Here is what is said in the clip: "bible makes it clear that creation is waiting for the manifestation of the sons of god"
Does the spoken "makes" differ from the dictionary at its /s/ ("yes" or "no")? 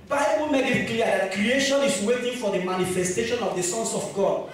yes